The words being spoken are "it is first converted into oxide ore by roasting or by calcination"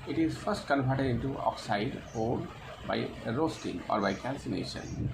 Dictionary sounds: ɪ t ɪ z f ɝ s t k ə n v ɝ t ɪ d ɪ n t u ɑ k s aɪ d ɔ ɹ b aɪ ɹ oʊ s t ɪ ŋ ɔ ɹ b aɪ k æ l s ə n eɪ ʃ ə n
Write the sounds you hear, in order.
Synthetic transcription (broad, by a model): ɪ t ɪ z f ɝ s t k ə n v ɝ t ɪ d ɪ n t u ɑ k s aɪ d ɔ l b aɪ ɹ oʊ s t ɪ ŋ ɔ ɹ b aɪ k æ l s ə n eɪ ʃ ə n